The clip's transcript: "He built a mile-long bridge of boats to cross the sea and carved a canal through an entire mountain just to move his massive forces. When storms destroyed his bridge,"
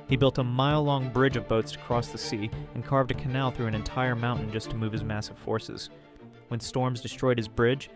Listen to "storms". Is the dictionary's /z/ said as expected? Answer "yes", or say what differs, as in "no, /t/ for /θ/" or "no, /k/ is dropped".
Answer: yes